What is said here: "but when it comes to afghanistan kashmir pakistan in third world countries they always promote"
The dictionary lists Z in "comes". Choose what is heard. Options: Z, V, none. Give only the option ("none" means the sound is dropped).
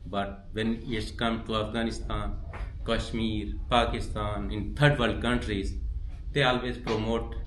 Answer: none